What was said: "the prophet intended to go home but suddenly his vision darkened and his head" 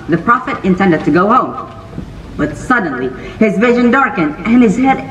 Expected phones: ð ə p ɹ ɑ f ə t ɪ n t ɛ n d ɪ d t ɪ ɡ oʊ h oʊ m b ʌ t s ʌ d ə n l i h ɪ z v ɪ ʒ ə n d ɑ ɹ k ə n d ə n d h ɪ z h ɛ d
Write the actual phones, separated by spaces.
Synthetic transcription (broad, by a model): ð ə p ɹ ɑ f ə t ɪ n t ɛ n d ɪ d t ɪ ɡ oʊ h oʊ m b ʌ t s ʌ d n l i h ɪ z v ɪ ʒ ə n d ɑ ɹ k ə n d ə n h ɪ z h ɛ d